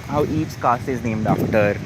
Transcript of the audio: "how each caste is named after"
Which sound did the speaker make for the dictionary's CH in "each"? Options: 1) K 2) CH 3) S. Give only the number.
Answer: 3